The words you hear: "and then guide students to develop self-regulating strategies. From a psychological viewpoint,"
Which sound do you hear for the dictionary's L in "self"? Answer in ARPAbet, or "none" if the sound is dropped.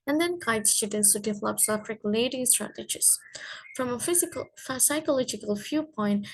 none